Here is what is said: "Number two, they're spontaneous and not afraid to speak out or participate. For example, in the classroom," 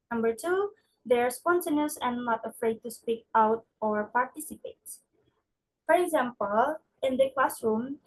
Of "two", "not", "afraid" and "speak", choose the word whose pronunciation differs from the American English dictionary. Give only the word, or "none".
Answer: none